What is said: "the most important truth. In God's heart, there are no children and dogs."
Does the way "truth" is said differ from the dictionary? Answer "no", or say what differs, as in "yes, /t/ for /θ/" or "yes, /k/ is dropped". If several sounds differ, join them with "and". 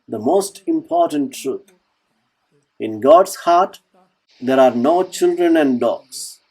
yes, /t/ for /θ/